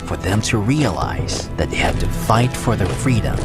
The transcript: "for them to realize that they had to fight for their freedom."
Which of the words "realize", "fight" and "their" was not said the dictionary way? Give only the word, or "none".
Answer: none